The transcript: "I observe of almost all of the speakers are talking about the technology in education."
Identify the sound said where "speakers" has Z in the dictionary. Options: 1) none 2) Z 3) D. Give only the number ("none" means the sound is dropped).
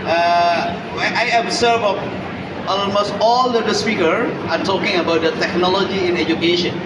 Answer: 1